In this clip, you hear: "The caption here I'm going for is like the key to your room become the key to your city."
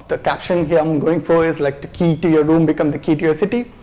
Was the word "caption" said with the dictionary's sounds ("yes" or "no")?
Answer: yes